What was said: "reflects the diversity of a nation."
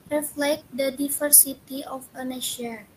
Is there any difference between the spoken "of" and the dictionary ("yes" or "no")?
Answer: yes